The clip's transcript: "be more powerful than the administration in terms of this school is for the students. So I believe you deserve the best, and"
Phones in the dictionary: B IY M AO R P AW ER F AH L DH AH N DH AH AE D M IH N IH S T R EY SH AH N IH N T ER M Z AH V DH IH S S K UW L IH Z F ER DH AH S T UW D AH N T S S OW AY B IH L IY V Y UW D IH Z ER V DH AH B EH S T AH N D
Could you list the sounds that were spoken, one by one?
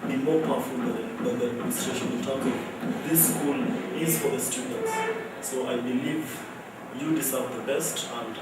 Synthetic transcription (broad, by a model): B IY M AO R P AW F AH L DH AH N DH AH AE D M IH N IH S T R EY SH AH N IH L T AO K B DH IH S S K UW L IH Z F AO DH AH S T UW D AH N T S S OW AY B IH L IY V Y UW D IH S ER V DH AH B EH S T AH N D